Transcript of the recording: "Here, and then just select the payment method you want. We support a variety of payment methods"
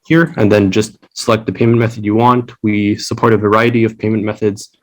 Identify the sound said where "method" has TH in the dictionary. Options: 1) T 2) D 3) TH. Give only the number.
3